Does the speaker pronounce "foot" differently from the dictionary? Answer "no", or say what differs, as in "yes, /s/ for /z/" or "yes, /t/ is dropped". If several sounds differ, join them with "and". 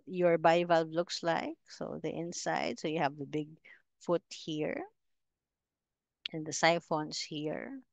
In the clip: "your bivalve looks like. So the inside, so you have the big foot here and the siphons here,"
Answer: no